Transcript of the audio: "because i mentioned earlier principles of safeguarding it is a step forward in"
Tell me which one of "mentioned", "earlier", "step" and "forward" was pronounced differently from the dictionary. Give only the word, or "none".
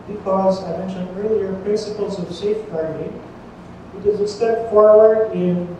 mentioned